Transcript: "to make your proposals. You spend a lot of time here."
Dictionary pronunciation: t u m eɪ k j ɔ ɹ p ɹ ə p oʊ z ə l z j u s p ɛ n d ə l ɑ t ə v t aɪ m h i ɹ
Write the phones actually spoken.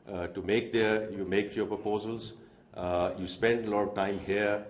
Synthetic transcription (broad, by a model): t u m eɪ k j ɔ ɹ p ɹ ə p oʊ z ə l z j u s p ɛ n d ə l ɑ t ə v t aɪ m h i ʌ